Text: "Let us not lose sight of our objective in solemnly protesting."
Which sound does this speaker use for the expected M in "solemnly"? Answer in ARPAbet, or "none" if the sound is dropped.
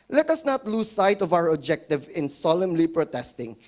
M